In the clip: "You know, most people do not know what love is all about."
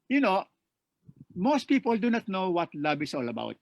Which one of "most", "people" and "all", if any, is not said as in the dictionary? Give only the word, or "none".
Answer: none